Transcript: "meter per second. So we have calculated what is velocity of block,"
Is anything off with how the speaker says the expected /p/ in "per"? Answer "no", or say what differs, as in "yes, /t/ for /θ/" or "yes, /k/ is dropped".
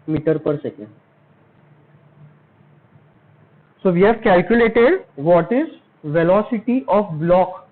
no